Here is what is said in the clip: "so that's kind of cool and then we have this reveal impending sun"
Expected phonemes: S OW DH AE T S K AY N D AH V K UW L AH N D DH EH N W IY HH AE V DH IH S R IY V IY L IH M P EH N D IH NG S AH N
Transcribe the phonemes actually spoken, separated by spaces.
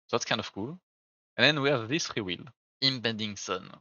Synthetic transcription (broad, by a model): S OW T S K AY N D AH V K UW L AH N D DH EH N W IY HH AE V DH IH S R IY W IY L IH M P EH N D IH NG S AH N